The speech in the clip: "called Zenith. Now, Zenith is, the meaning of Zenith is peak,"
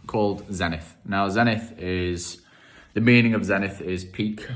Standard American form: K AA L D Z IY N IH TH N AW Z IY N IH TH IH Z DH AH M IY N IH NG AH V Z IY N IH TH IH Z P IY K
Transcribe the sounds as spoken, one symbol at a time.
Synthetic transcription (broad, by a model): K AA L D Z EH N IH TH N AW Z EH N IH TH IH Z DH AH M IY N IH NG AH V Z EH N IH TH IH Z P IY K